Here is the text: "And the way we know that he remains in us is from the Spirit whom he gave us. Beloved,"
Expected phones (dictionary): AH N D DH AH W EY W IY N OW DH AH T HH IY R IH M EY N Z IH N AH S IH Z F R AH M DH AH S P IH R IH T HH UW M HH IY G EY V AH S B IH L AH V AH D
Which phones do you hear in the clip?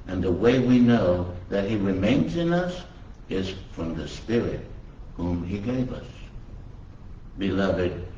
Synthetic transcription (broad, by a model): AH N DH AH W EY W IY N OW DH AH T HH IY R IH M EY N Z IH N AH S IH Z F R AH M DH AH S P IH R IH T HH UW M IY G EY V AH S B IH L AH V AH D